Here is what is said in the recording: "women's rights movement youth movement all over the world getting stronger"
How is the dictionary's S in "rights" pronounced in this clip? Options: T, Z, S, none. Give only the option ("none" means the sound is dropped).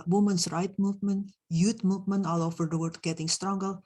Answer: none